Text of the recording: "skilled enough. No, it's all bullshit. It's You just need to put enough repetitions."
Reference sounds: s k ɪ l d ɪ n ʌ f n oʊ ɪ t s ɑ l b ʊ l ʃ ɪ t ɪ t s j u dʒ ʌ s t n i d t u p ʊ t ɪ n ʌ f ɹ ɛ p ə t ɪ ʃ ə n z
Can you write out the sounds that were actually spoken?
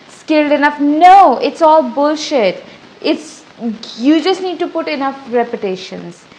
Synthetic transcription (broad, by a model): s k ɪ l d ɪ n ʌ f n oʊ ɪ t s ɑ l b ʊ l ʃ ɪ t ɪ t s j u dʒ ʌ s t n i d t u p ʊ t ɪ n ʌ f ɹ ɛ p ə t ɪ ʃ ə n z